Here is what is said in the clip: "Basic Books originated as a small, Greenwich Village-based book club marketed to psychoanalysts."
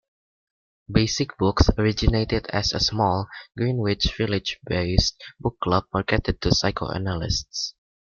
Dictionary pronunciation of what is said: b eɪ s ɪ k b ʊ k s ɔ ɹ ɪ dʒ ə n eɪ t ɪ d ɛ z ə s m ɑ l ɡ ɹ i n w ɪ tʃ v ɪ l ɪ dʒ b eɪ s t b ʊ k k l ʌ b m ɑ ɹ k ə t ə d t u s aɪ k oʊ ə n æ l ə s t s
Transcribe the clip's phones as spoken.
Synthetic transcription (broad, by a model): b eɪ s ɪ k b ʊ k s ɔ ɹ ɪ dʒ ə n eɪ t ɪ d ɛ s ə s m ɑ l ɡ ɹ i n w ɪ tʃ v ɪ l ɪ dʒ b eɪ s t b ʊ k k l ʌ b m ɑ ɹ k ə t ə d t u s aɪ k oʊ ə n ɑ l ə s t s